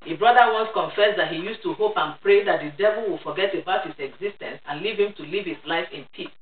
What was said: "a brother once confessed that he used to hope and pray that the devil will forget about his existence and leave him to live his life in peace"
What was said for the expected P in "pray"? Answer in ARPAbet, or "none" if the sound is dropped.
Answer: P